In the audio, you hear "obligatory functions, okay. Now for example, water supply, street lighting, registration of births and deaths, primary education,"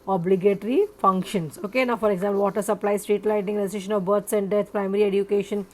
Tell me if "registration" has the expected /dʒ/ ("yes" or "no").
no